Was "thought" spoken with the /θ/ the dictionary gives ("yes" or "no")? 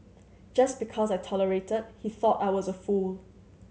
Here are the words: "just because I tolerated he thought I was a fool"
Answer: yes